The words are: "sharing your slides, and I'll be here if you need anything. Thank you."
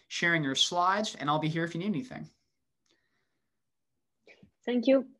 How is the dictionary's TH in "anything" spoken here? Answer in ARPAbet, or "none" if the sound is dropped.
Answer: TH